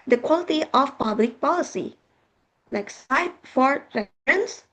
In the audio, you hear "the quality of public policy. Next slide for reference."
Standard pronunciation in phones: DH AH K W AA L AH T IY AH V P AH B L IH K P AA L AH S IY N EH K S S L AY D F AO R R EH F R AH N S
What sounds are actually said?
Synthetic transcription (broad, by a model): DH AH K W AA L AH T IY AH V P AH B L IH K P AA L AH S IY L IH K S S AY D F AO R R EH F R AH N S